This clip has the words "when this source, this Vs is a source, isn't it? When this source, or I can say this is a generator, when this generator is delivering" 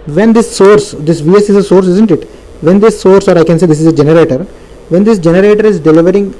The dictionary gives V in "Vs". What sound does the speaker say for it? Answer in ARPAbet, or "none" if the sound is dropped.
V